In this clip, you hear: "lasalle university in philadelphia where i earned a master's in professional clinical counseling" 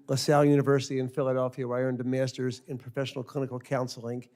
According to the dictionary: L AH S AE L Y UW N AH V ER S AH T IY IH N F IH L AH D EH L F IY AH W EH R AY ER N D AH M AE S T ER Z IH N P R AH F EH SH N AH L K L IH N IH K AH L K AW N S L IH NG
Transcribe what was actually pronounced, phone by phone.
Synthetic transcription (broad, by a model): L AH S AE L Y UW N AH V ER S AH T IY IH N F IH L AH D EH L F IY AH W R AY ER N D AH M AE S T ER Z IH N P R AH F EH SH N L K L IH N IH K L K AW N S L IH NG